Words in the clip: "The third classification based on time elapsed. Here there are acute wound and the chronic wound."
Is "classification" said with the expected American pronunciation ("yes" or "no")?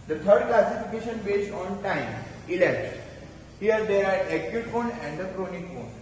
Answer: yes